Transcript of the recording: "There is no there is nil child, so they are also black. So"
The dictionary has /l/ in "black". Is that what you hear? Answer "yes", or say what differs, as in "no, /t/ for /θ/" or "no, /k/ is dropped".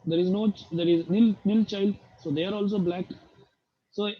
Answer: yes